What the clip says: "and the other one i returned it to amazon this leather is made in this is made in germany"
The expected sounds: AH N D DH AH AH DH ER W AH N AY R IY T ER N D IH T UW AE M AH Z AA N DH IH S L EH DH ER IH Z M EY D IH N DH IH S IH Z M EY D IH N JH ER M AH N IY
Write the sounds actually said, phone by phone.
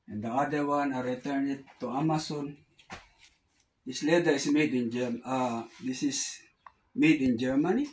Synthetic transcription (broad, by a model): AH N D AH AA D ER W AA N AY R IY T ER N IH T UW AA M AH S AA N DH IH S L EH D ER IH S M EY D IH N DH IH S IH S M EY D IH N JH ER M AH N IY